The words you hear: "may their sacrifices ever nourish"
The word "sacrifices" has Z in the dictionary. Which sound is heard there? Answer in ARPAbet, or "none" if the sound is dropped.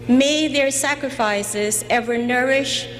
Z